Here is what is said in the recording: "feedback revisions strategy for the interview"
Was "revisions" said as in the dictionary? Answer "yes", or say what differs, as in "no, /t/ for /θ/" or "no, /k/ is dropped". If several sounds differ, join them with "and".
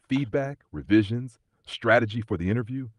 yes